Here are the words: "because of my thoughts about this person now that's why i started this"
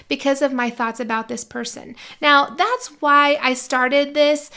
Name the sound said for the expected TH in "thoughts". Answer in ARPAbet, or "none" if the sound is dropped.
TH